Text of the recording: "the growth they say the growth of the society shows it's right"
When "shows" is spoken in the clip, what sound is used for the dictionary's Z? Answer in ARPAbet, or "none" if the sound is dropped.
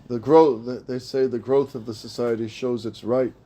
Z